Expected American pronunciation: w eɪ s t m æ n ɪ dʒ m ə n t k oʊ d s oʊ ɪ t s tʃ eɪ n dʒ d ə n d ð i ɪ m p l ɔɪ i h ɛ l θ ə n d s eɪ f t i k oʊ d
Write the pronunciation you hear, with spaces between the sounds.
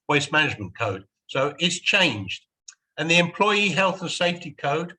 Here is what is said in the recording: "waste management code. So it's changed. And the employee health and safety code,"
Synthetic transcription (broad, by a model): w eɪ s m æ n ɪ dʒ m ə n k oʊ d s oʊ ɪ t s tʃ eɪ n dʒ d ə n ð i ɪ m p l ɔɪ i h ɛ l θ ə n s eɪ f t i k oʊ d